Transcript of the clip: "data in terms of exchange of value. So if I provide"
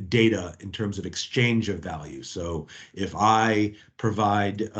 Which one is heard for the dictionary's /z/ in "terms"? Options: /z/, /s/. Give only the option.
/z/